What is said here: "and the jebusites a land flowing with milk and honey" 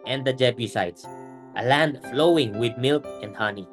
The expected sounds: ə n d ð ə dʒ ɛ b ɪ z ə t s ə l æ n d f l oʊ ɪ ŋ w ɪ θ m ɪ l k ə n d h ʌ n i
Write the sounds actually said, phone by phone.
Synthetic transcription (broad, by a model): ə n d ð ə dʒ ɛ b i s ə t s ə l æ n d f l oʊ ɪ ŋ w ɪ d m ɪ l k ə n d h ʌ n i